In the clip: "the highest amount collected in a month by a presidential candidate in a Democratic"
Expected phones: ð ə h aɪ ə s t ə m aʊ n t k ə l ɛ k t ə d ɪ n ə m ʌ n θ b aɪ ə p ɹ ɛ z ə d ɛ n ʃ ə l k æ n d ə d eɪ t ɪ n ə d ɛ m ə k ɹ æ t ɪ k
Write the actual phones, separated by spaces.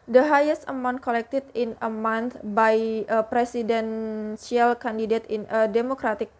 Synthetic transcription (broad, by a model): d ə h aɪ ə s ə m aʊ n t k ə l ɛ k t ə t ɪ n ə m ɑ n t b aɪ ə p ɹ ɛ s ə d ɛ n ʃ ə l k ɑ n d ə d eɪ t ɪ n ə d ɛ m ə k ɹ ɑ t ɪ k